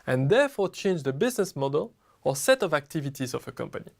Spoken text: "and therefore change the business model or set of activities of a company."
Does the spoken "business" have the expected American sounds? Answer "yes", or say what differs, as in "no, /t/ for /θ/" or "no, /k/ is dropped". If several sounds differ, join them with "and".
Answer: yes